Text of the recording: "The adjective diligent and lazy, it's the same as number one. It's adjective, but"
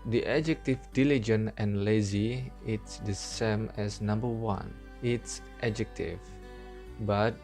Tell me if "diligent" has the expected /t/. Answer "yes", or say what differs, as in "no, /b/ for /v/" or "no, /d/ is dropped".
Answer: no, /t/ is dropped